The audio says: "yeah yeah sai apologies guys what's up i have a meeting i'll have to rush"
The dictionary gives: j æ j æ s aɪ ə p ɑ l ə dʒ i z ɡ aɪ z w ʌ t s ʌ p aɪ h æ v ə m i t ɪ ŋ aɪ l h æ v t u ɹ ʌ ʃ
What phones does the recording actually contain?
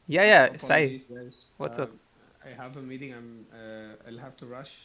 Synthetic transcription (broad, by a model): j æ j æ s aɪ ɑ ə i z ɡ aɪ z w ʌ t s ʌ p aɪ h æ v ə m i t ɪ ŋ aɪ l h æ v t u ɹ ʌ ʃ